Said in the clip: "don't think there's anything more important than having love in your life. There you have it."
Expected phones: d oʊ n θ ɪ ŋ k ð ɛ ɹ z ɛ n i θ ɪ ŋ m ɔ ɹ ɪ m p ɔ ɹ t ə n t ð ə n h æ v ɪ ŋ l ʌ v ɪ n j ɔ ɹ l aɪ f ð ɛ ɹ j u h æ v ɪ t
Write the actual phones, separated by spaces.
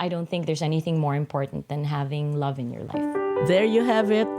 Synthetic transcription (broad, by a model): d oʊ n θ ɪ ŋ k ð ɛ ɹ z ɛ n i θ ɪ ŋ m ɔ ɹ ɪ m p ɔ ɹ t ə n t ð ə n h æ v ɪ ŋ l ʌ v ɪ n j ɔ ɹ l aɪ f ð ɛ ɹ j u h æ v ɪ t